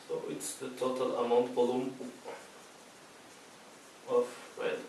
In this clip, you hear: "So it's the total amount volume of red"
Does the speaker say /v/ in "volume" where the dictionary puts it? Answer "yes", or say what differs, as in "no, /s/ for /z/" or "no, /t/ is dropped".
no, /b/ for /v/